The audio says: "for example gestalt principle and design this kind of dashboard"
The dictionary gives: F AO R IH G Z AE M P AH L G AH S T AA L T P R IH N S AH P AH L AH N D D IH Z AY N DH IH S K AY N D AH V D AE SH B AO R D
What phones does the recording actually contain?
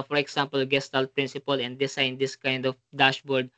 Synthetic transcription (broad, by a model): F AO R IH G S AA M P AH L G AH S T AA L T P R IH N S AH P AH L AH N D D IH S AY N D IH S K AY N D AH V D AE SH B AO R D